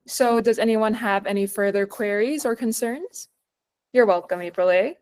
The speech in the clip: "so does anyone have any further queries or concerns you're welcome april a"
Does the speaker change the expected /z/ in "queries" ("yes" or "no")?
no